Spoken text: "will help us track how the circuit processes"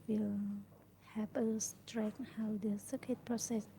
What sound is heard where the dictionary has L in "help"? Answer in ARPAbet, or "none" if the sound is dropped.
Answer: none